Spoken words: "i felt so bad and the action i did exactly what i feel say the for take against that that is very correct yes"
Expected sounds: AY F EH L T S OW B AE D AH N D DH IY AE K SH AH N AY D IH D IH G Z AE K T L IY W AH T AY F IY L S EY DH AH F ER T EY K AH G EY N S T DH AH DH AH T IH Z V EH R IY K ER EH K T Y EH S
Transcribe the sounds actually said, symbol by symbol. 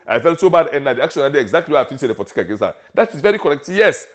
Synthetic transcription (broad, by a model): AY F EH L T S OW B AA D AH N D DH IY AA K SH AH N AY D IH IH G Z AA K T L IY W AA AY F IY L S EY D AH P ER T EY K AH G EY N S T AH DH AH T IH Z V EH R IY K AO EH K T Y EH S